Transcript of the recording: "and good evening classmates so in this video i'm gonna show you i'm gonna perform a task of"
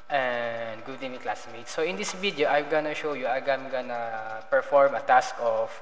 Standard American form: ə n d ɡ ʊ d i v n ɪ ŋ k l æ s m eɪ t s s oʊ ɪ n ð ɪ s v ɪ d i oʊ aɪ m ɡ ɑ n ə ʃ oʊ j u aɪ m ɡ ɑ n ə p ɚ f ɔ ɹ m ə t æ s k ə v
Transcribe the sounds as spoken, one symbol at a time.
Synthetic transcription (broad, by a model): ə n d ɡ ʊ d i n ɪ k l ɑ s m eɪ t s s oʊ ɪ n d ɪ s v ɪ d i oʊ aɪ m ɡ ɑ n ə ʃ oʊ j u aɪ m ɡ ɑ n ə p ɚ f ɔ ɹ m ə t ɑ s k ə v